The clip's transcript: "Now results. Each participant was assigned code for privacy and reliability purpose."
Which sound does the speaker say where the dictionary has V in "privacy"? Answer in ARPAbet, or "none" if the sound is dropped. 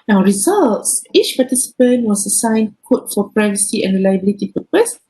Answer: V